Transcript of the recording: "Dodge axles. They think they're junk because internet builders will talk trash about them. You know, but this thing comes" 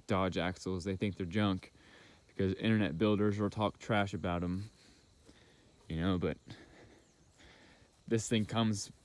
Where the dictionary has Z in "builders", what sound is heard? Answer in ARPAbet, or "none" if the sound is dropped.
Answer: Z